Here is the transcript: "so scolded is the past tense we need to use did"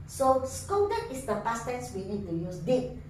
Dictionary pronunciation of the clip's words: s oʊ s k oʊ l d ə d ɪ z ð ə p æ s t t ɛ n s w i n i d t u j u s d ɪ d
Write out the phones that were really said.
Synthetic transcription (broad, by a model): s oʊ s k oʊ d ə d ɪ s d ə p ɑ s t t ɛ n s w i n i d t u j u s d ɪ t